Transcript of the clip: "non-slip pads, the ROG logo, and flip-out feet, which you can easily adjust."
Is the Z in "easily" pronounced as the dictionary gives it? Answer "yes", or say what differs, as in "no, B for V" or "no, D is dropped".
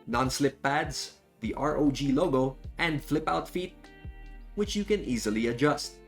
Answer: yes